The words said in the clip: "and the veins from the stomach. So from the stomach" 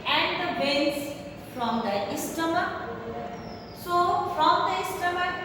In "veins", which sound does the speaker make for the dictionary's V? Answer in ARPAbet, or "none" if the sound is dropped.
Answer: B